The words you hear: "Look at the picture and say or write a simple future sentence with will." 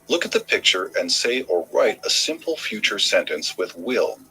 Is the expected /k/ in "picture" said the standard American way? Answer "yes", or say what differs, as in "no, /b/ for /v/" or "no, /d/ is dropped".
yes